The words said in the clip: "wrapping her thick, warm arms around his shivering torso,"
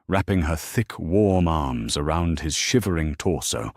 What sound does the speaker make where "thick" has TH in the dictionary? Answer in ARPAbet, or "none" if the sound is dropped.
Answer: TH